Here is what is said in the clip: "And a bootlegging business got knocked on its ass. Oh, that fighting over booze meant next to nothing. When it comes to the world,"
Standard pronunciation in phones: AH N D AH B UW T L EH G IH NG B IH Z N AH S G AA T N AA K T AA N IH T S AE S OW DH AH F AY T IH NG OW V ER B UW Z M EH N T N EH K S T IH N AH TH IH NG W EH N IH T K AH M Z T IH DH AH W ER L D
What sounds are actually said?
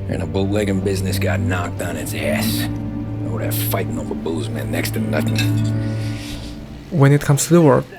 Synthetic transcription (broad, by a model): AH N AH B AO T L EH G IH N B IH Z N AH S G AA T N AA K T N IH T S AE S OW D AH F AY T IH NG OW B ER B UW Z M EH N N EH K S T IH N AH TH IH NG W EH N IH T K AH M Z T IH DH AH W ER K